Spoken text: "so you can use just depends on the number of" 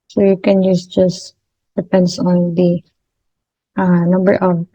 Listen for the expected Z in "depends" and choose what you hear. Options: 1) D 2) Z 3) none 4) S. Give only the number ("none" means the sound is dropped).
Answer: 4